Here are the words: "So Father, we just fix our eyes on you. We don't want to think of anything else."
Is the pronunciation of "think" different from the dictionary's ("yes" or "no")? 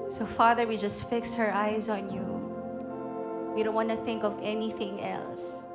no